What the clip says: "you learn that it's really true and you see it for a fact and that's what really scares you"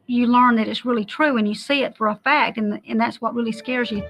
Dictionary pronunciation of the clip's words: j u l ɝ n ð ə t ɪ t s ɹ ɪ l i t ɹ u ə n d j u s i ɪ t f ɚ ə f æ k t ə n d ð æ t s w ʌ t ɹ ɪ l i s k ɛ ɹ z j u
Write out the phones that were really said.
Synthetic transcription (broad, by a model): j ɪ l ɝ n ð ə t ɪ t s ɹ ɪ l i t ɹ u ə n j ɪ s i ɪ t f ɚ ə f æ k t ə n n ð æ t s w ʌ t ɹ ɪ l i s k ɛ ɹ z j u